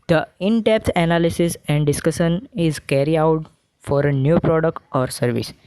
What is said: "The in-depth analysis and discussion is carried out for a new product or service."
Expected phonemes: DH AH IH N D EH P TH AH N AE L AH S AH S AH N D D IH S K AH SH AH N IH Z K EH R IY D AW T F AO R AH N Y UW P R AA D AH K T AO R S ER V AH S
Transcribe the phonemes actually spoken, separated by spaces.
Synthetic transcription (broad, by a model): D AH IH N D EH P T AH N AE L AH S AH S AH N D D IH S K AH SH AH N IH Z K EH R IY AW T F AO R AH N Y UW P R AA D AH K T AO R S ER V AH S